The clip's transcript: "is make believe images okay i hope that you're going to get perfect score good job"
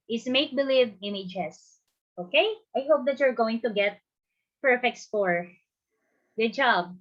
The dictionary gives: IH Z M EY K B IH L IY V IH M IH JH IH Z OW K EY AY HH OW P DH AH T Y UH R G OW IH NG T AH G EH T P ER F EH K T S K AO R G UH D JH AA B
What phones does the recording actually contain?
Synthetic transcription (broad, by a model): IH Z M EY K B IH L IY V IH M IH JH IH S OW K EY AY HH OW P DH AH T Y UH R G OW IH NG T AH G EH T P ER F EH K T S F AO R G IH JH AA B